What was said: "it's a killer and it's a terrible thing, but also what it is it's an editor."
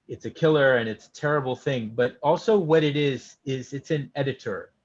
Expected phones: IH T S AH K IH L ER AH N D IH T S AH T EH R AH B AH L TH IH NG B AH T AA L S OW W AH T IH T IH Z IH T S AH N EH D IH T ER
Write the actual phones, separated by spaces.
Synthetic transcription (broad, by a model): IH T S AH K IH L ER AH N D IH T S AH T EH R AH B L TH IH NG B AH T AA L S OW W AH T IH T IH Z IH T S AH N EH D IH T ER